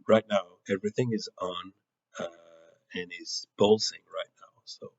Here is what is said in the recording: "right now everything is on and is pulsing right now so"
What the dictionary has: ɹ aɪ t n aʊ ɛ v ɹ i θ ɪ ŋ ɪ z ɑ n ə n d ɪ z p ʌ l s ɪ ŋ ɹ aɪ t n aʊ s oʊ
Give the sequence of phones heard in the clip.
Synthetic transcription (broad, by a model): ɹ aɪ t n aʊ ɛ v ɹ i θ ɪ ŋ ɪ z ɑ n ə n ɪ z b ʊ l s ɪ ŋ ɹ aɪ t n aʊ s oʊ